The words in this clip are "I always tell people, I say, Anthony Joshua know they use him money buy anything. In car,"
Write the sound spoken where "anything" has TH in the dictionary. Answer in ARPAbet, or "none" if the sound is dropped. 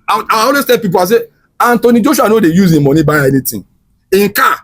T